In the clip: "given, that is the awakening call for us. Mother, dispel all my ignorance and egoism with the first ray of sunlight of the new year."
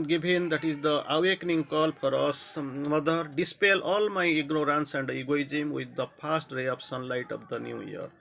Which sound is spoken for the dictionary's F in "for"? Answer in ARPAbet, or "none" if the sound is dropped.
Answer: P